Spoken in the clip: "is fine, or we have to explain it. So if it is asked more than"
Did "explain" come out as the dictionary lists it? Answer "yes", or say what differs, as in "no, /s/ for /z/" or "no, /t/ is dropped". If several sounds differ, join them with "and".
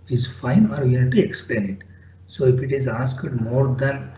yes